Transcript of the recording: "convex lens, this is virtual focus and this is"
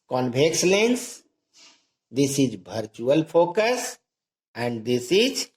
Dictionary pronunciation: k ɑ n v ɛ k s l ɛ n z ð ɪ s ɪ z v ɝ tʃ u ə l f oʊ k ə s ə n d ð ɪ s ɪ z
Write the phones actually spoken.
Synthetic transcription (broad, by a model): k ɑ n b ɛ k s l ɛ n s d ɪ s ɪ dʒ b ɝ tʃ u ə l p oʊ k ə s ə n d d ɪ s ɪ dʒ